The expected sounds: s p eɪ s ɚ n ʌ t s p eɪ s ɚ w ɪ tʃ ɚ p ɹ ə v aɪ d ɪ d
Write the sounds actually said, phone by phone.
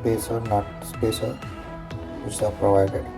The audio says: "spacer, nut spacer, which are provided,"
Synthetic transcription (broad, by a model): p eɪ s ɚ n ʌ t s p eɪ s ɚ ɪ s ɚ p ɹ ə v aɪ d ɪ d